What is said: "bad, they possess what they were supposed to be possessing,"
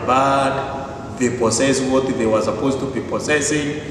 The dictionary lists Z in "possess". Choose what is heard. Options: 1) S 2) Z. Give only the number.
1